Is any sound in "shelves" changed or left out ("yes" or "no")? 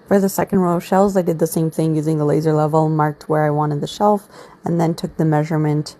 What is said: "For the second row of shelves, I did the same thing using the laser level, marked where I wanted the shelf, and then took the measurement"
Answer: yes